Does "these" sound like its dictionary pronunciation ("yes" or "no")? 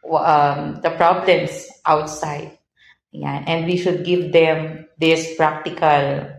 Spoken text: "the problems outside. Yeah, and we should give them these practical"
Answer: no